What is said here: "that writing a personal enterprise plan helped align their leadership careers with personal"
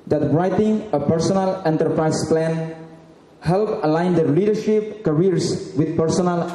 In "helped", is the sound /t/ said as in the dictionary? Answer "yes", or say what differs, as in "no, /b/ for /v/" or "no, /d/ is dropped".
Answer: no, /t/ is dropped